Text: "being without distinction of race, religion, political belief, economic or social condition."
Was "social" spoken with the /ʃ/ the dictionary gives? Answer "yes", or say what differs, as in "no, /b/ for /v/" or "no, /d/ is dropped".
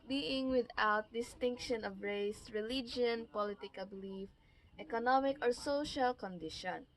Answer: yes